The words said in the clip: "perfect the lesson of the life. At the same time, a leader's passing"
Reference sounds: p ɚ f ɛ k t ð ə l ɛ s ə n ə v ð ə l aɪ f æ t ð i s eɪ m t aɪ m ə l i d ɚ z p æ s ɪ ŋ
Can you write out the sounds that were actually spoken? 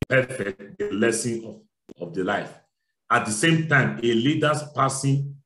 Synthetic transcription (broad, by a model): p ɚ f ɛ k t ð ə l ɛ s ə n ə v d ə l aɪ f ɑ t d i s eɪ m t aɪ m ə l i d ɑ s p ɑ s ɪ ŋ